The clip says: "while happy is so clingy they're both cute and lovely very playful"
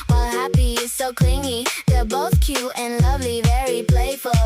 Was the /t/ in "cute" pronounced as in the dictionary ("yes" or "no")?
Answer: no